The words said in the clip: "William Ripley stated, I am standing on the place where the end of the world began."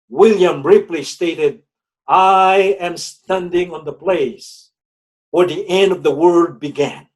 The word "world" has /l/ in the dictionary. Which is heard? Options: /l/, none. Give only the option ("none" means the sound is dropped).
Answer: none